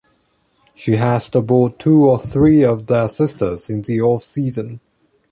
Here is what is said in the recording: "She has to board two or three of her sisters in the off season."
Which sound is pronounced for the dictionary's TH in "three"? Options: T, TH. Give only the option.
TH